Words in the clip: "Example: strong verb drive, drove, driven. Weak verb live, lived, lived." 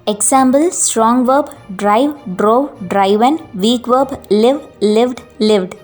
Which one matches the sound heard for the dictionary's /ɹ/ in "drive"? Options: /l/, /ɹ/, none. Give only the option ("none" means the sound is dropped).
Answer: /ɹ/